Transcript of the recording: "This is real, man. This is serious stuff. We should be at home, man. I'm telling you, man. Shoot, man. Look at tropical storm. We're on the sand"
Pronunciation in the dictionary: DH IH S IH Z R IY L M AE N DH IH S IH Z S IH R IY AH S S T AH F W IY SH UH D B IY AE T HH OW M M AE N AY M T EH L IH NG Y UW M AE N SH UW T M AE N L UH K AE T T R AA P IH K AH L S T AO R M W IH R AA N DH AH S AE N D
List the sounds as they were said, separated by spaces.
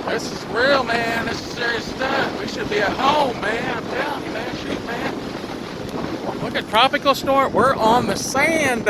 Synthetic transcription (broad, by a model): DH IH S IH Z R IY L M AE N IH S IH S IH R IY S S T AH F W IY SH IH D B IY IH HH OW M M AE N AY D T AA IH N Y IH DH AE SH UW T M AE N L UH K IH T T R AA P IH K L S T AO R W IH R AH N DH AH S AE N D